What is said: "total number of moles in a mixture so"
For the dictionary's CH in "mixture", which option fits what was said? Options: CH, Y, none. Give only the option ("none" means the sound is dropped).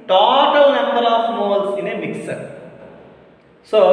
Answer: none